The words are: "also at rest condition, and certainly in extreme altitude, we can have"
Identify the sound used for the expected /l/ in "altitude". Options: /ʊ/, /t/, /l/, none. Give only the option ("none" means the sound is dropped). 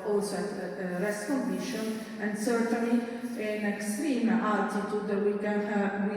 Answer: none